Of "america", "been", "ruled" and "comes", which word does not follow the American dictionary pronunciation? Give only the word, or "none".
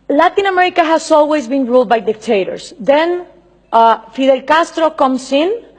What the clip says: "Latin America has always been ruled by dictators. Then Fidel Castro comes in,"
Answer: comes